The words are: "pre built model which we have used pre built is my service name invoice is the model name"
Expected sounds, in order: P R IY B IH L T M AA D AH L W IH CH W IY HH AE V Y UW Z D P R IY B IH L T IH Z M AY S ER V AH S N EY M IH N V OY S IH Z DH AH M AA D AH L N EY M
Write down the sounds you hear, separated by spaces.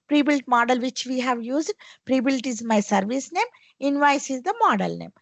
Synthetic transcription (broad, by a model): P R IY B IH L T M AA D AH L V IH CH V IY HH AE V Y UW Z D P R IY B IH L T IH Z M AY S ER V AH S N EY M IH N V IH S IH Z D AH M AA D AH L N EY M